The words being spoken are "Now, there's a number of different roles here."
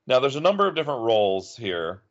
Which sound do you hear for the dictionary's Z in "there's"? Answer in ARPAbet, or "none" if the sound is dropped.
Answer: Z